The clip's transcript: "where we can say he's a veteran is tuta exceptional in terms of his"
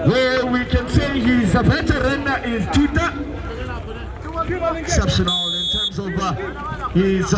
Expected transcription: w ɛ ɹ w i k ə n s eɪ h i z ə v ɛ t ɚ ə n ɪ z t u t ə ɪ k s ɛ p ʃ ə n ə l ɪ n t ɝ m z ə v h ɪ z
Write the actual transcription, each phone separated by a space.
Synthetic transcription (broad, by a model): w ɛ w i k ə n s eɪ h i z ə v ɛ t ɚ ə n ɪ z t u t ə ɪ k s ɛ p ʃ ə n ə l ɪ n t ɝ m z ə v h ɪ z